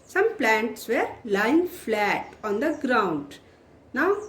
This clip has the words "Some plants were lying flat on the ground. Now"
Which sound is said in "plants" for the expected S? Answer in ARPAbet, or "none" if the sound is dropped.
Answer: S